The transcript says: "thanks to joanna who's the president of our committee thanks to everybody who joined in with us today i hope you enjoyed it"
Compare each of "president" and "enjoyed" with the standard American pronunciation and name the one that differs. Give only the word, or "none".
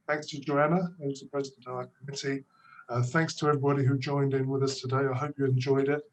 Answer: none